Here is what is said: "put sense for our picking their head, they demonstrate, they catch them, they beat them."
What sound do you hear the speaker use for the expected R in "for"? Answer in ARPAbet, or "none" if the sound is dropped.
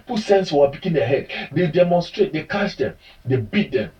W